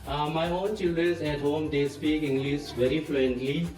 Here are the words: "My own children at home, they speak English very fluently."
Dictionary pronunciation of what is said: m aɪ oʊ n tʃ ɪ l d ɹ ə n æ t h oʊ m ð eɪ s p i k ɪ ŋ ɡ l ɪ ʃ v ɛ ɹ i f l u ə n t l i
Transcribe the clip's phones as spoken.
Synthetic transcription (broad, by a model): m aɪ oʊ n tʃ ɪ l d ɹ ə n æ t h oʊ m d eɪ s p i k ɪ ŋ ɡ l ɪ s v ɛ ɹ i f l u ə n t l i